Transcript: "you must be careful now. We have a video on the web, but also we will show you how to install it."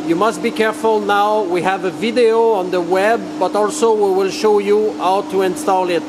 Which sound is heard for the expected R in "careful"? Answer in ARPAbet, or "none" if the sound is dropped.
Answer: R